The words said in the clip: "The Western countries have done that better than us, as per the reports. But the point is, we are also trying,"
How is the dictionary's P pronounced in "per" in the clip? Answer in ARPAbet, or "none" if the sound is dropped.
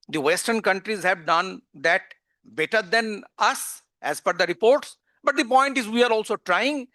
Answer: F